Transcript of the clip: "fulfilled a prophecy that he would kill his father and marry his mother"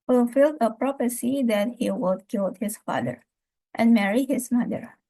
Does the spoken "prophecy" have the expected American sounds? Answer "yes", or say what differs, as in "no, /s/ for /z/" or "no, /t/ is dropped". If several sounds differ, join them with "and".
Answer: no, /p/ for /f/